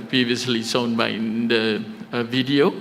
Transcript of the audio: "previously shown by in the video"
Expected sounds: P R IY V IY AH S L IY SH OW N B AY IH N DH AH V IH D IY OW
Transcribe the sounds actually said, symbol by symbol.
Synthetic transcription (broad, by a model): P R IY V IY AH S L IY S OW N B AY IH N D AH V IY D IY OW